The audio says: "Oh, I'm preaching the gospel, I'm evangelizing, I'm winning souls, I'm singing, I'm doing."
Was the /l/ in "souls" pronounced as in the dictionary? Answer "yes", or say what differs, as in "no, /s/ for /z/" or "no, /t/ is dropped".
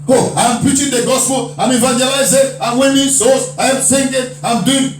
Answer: no, /l/ is dropped